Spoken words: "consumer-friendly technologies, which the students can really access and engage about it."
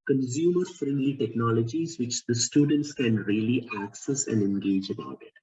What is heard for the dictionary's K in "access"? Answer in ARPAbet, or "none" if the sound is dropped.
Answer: K